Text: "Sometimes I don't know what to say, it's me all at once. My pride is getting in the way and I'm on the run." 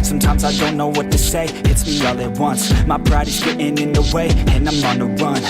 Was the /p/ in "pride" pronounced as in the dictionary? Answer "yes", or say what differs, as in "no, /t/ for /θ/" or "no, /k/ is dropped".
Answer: no, /b/ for /p/